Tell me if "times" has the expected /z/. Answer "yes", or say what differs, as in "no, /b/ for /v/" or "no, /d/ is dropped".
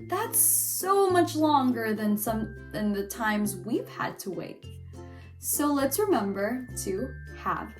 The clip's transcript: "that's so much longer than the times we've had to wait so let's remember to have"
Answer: yes